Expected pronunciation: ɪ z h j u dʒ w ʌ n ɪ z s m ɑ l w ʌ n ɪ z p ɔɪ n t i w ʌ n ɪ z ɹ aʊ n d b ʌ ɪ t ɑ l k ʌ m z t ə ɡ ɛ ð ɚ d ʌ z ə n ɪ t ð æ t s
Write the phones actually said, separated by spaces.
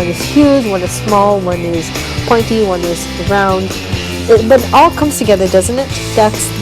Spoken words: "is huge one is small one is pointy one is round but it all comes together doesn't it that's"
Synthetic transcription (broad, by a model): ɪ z h j u dʒ w ʌ n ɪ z s m ɑ l w ʌ n ɪ z p ɔɪ n t i w ʌ n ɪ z ɹ aʊ n d b ʌ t ɑ l k ʌ m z t ə ɡ ɛ ð ɚ d ʌ z ə n ɪ t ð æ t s